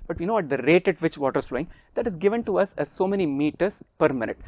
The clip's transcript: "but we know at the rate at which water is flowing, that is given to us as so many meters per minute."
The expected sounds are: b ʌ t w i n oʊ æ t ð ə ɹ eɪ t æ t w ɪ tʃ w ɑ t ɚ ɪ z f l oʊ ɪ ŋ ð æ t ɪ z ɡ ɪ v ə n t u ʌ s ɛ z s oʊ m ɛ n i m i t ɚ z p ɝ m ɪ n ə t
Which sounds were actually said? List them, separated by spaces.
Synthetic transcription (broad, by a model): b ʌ t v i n oʊ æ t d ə ɹ eɪ t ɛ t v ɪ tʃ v ɑ t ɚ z f l oʊ ɪ ŋ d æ t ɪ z ɡ ɪ v ə n t u ʌ s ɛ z s oʊ m ɛ n i m i t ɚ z p ɝ m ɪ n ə t